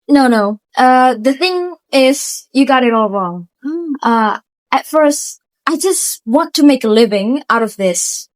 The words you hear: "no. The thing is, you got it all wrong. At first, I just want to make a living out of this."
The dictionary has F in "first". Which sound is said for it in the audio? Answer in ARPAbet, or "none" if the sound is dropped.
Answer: F